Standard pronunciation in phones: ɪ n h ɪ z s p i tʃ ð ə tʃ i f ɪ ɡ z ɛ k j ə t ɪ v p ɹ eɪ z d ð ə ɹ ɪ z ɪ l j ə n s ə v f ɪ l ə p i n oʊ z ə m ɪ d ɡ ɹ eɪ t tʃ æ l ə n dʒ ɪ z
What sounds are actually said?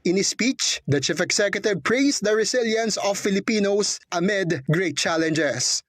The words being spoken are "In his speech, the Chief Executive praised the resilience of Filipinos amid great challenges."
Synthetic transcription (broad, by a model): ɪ n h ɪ s p i tʃ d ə tʃ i f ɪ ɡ s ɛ k j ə t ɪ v p ɹ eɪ s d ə ɹ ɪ s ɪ l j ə n s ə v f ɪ l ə p i n oʊ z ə m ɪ d ɡ ɹ eɪ t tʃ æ l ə n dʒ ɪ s